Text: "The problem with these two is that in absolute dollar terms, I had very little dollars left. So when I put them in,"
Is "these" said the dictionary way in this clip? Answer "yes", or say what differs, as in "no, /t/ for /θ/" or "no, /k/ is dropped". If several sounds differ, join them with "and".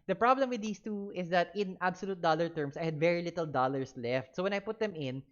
no, /s/ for /z/